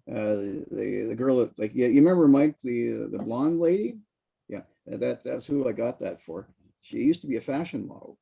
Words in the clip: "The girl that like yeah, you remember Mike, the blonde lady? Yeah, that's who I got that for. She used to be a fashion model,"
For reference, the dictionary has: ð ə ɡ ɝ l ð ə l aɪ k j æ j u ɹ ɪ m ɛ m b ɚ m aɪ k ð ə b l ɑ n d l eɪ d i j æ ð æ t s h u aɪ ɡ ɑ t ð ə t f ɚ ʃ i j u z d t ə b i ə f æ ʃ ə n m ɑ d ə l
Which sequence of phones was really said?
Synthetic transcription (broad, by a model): ð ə ɡ ɝ l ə l aɪ k j æ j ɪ ɹ ɪ m ɛ m b ɚ m aɪ k ð ə b l ɑ n d l eɪ d i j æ ð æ t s h u aɪ ɡ ɑ t ð ə t f ɚ ʃ i j u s t ə b i ə f æ ʃ ə n m ɑ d l